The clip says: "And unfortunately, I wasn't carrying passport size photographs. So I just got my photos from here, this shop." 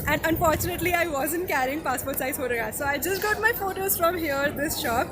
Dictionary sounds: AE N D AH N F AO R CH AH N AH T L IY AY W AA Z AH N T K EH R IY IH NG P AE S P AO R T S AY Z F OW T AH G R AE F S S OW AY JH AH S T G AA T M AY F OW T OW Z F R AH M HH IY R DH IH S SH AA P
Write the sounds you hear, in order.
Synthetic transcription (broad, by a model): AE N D AH N F AO R CH AH N AH T L IY AY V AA Z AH N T K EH R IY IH NG P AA S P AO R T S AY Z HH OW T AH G AA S S OW AY JH AH S T G AA T M AY F OW T OW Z F R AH M HH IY R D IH S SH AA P